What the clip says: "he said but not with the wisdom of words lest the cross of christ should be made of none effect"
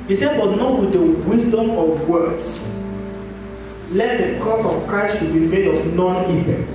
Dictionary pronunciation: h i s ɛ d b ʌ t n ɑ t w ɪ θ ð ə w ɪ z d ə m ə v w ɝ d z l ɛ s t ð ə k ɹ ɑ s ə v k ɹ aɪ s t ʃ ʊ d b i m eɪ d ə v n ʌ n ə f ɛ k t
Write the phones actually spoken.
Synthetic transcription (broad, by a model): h i s ɛ d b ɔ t n ɑ t w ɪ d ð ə w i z d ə m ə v w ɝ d s l ɛ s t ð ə k ɑ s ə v k ɹ aɪ s t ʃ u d b i m eɪ d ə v n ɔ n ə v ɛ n